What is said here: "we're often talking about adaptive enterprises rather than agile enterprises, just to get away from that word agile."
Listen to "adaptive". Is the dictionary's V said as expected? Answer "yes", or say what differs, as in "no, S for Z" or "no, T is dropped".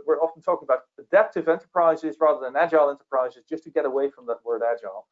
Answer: yes